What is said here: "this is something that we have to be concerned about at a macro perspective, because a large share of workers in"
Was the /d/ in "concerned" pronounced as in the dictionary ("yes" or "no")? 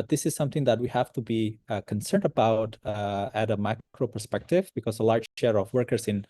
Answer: yes